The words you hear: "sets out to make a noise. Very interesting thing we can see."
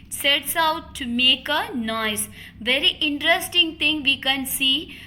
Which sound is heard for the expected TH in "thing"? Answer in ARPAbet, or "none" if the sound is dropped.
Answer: T